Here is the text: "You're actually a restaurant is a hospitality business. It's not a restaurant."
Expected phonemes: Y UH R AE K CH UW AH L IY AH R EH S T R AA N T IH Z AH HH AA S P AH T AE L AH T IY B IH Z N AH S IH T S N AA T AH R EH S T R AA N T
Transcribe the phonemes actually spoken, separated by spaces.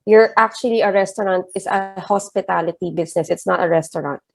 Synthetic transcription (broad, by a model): Y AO R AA K CH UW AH L IY AH R EH S T R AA N T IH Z AH HH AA S P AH T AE L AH T IY B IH S N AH S IH T S N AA T AH R EH S T R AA N T